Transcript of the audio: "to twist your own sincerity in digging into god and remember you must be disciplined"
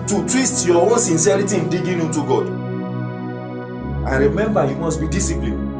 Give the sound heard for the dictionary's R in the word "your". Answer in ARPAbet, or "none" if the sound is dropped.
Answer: W